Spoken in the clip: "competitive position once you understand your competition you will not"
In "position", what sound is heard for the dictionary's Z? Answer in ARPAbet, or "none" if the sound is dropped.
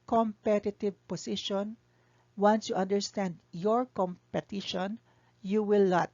S